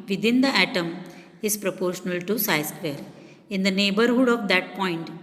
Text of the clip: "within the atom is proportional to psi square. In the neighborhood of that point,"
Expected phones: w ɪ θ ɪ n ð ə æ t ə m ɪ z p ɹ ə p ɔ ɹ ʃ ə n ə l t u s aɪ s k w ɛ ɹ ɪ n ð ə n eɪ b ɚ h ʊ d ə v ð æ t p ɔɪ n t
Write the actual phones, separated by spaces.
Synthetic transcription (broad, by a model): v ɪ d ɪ n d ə æ t ə m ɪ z p ɹ ə p ɔ ɹ ʃ ə n ə l t u s aɪ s k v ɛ ɹ ɪ n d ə n eɪ b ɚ h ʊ d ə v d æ t p ɔɪ n t